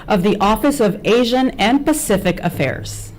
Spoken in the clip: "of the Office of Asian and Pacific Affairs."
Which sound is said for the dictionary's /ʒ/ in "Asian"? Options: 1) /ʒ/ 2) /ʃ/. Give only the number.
1